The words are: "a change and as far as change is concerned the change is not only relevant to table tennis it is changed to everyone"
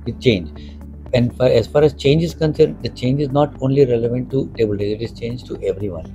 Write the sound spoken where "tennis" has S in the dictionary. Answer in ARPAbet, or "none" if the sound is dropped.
none